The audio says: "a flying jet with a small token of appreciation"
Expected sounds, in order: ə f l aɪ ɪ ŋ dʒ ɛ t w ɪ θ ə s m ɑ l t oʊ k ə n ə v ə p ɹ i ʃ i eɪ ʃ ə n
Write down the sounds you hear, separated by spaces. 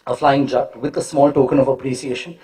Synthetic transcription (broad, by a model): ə f l aɪ ɪ ŋ dʒ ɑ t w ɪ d ə s m ɑ l t oʊ k ə n ə v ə p ɹ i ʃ i eɪ ʃ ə n